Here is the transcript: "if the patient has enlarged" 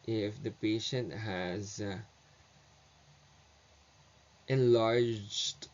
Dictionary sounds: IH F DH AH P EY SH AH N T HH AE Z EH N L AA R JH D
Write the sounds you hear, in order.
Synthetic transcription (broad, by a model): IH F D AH P EY SH AH N T HH AE Z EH N L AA R JH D